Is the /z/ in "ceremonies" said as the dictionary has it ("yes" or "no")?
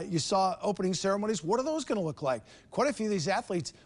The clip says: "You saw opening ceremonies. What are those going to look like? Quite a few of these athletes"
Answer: yes